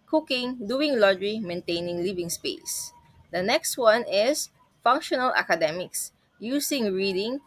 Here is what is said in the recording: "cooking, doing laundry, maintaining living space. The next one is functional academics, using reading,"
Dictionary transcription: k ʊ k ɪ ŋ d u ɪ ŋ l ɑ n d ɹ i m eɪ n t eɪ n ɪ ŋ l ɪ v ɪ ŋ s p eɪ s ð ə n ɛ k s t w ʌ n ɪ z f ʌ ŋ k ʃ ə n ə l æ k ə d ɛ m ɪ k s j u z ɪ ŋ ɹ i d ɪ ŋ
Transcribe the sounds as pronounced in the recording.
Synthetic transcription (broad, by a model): k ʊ k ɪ ŋ d u ɪ ŋ l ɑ d ɹ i m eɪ n t eɪ n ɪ ŋ l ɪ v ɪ ŋ s p eɪ s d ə n ɛ k s t w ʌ n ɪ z f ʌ ŋ k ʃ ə n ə l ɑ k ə d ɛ m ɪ k s j u s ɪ ŋ ɹ i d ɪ ŋ